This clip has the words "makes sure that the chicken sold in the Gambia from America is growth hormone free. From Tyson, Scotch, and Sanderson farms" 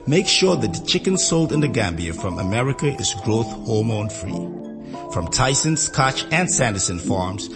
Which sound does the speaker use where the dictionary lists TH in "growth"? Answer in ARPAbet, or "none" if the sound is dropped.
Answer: TH